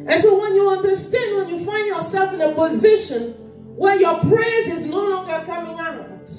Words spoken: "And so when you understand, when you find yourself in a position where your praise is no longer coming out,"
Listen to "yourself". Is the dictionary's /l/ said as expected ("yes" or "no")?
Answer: yes